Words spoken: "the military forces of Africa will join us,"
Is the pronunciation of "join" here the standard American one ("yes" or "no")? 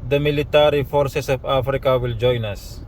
yes